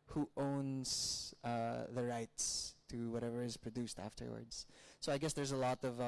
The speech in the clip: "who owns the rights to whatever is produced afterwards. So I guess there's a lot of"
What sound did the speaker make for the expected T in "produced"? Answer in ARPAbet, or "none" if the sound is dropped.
T